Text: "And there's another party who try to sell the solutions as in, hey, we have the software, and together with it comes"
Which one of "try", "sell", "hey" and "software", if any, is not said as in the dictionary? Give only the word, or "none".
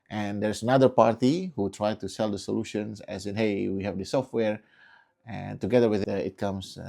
none